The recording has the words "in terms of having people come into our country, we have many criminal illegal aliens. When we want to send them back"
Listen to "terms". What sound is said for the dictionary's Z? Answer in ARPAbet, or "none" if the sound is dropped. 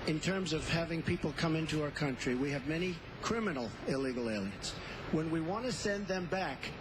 Z